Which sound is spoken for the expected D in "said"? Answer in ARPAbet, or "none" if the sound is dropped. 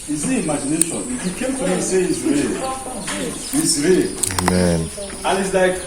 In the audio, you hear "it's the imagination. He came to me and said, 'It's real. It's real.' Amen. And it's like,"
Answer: none